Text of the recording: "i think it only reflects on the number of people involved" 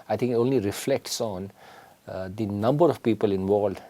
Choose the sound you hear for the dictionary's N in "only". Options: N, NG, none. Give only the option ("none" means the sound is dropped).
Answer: N